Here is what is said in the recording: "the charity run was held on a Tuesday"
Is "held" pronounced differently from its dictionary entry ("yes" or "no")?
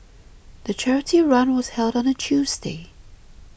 no